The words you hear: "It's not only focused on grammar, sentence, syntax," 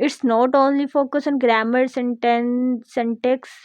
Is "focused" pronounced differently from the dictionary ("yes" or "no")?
yes